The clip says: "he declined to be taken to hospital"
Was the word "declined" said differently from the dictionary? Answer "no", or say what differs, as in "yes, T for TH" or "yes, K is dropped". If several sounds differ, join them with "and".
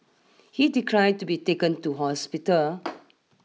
yes, N is dropped